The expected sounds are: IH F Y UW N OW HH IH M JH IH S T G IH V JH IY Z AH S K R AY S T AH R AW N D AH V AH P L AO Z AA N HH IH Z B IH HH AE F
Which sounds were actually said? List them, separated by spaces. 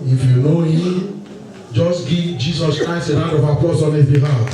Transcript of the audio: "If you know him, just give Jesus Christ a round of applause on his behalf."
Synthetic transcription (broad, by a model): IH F Y UW N OW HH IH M JH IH S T G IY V JH IY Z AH S K R AY S T AH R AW D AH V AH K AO S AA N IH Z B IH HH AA